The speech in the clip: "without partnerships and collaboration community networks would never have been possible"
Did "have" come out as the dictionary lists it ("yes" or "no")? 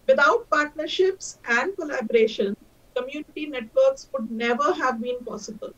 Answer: yes